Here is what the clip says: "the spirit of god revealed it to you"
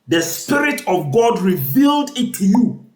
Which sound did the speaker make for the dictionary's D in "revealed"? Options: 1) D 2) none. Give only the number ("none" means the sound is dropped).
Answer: 1